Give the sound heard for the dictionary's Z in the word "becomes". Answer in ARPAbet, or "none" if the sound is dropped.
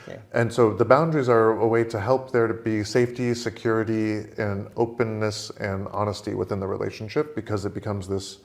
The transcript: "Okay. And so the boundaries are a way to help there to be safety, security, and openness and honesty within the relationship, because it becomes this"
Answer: Z